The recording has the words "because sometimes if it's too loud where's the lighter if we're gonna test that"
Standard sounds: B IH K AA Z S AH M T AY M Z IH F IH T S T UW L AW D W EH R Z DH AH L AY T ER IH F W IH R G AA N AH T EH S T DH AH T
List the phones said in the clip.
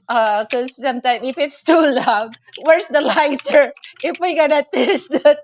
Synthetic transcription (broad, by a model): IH K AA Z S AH M T AY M IH F IH T S T UW L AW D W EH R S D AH L AY T ER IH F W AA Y G AA N AH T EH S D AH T